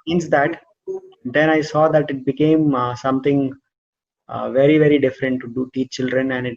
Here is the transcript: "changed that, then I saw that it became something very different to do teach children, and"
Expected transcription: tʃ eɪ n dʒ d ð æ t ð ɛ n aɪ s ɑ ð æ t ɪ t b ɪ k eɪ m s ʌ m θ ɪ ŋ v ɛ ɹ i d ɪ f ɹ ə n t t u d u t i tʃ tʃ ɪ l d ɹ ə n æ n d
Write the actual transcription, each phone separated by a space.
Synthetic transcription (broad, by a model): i n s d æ t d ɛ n aɪ s ɑ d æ t ɪ t b ɪ k eɪ m s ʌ m t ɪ ŋ v ɛ ɹ i d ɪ f ɹ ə n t t u d u t i tʃ tʃ ɪ l d ɹ ə n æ n d